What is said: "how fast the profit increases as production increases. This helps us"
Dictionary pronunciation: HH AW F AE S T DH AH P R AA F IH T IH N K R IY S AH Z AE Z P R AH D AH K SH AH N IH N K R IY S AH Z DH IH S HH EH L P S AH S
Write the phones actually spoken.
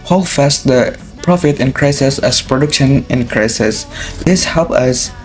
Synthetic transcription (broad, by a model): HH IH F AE S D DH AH P R AA F IH T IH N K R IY S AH S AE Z P R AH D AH K SH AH N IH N K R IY S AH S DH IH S HH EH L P AH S